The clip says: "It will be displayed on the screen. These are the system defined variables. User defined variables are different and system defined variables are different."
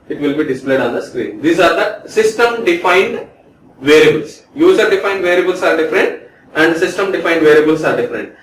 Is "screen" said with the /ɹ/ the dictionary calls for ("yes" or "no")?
yes